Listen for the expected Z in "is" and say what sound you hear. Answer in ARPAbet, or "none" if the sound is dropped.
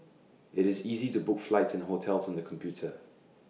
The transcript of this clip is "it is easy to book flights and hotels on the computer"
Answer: Z